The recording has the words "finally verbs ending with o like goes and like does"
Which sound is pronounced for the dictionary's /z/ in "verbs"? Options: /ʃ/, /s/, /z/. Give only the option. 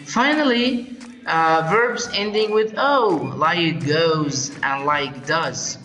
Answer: /z/